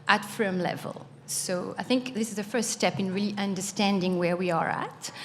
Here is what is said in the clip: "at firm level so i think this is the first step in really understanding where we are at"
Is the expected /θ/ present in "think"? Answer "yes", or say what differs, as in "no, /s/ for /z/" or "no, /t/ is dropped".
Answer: yes